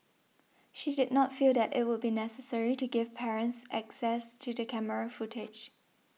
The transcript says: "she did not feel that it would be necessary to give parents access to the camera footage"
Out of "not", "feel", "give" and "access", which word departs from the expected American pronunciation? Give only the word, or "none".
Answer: none